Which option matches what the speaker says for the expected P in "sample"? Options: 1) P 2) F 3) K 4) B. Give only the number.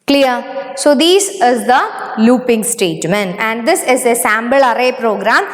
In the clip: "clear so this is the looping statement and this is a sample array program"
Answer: 4